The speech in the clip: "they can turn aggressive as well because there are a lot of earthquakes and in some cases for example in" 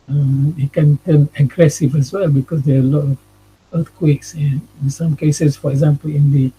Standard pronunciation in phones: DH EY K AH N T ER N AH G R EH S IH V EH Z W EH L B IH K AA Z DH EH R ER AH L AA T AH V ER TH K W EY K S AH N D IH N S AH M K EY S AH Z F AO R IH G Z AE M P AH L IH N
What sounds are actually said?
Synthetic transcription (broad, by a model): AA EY K AH N T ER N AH G R EH S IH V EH S W EH L B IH K AA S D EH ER AH L AA T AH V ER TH K W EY K S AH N IH N S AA M K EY S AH S F AO R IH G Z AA M P AH L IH N